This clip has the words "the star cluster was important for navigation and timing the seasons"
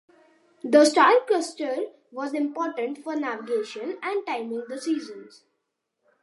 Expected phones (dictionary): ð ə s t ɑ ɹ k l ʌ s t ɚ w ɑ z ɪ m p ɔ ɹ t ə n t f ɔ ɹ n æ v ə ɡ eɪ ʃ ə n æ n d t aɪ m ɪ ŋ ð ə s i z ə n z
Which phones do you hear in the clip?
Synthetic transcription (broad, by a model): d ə s t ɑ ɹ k ʌ s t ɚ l ɑ z ɪ m p ɔ ɹ t ə n t f ɔ ɹ n æ v ə ɡ eɪ ʃ ə n æ n d t aɪ m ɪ ŋ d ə s i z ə n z